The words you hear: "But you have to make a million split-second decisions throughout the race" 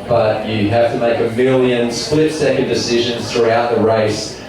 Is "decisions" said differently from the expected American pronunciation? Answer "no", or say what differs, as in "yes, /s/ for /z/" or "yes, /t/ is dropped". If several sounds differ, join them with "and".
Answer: no